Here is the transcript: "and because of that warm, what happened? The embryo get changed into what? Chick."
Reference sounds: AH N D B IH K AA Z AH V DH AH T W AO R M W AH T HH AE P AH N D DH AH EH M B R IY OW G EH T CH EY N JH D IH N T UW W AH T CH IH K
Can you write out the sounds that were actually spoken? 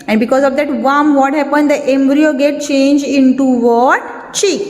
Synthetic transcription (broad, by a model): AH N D B IH K AA Z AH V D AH T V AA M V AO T HH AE P AH N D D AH EH M B R IY OW G EH T CH EY N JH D IH N T UW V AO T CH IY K